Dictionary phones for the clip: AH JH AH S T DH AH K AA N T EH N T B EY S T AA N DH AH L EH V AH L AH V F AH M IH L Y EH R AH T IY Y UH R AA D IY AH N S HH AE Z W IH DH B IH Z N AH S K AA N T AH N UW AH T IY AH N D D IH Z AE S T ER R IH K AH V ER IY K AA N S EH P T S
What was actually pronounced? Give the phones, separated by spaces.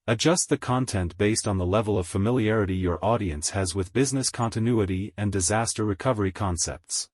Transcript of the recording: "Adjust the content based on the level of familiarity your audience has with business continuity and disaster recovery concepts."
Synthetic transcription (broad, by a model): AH JH AH S T DH AH K AA N T EH N T B EY S T N DH AH L EH V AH L AH V F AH M IH L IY EH R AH T IY Y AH R AA D IY AH N S HH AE Z W IH DH B IH Z N AH S K AA N T AH N UW AH T IY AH N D D IH Z AE S T ER R IH K AH V ER IY K AA N S EH P T S